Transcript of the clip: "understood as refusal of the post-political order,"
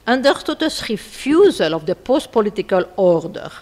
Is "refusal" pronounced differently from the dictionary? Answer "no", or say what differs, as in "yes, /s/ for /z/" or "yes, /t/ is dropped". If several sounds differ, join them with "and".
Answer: no